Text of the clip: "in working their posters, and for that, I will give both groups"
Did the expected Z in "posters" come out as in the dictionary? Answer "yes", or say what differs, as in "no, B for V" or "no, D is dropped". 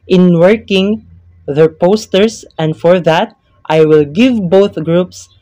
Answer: no, S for Z